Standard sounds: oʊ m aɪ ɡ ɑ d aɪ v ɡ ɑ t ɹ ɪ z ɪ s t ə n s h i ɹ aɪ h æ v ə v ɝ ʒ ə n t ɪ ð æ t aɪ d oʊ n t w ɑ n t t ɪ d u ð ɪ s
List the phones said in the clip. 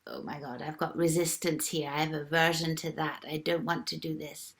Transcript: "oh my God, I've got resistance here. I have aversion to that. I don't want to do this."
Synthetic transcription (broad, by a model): oʊ m aɪ ɡ ɑ d aɪ v ɡ ɑ t ɹ ɪ z ɪ s t ə n s h i ɹ aɪ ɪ v ə v ɝ ʒ ə n t ɪ ð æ t aɪ d oʊ n t w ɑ n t t ɪ d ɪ ð ɪ s